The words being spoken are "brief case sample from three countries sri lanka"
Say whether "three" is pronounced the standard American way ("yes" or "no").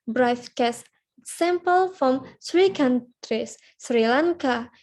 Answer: no